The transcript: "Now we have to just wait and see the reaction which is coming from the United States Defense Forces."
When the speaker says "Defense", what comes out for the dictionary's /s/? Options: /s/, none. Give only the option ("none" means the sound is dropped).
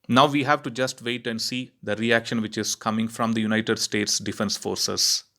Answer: /s/